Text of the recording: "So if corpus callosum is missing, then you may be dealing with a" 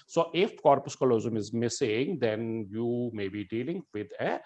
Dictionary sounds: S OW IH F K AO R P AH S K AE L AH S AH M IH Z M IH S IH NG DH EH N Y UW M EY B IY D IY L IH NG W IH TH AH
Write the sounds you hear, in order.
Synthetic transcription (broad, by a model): S OW IH F K AO R P AH S K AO L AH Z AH M IH Z M IH S IH NG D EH N Y UW M EY B IY D IY L IH NG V IH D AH